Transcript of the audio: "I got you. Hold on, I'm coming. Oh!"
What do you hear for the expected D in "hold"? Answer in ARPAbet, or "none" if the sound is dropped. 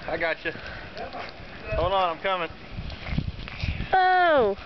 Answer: none